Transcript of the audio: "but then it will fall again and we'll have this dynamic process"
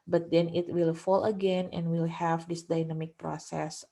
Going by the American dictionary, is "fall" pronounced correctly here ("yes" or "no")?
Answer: yes